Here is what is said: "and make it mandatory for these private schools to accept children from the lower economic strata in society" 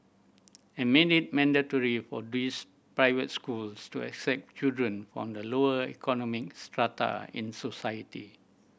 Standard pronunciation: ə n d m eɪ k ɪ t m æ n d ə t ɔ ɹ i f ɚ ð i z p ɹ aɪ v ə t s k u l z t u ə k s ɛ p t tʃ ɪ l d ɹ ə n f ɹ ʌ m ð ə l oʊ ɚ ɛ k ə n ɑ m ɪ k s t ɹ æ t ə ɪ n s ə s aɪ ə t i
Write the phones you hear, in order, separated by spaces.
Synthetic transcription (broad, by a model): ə m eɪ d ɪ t m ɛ n d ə t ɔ ɹ i f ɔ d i s p ɹ aɪ v ə t s k u l s t u ə k s ɛ p t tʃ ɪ l d ɹ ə n f ɹ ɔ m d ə l oʊ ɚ ɛ k ə n ɑ m ɪ k s t ɹ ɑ t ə ɪ n s ə s aɪ ə t i